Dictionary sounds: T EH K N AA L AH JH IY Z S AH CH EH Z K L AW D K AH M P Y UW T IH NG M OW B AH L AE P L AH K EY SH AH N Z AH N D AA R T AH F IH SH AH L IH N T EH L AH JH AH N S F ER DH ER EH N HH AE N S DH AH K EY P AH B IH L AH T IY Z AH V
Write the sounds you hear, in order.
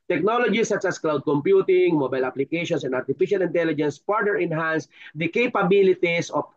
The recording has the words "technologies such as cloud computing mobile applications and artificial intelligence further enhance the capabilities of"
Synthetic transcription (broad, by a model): T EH K N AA L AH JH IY S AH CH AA S K L AW D K AH M P Y UW T IH NG M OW B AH L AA P L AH K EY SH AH N S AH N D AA R T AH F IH SH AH L IH N T EH L AH JH AH N S P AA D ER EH N HH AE N S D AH K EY P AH B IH L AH T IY S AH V